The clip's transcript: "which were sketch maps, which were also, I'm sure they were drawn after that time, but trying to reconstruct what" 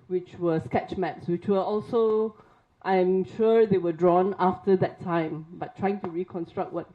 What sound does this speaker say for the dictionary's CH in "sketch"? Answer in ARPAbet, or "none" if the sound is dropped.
CH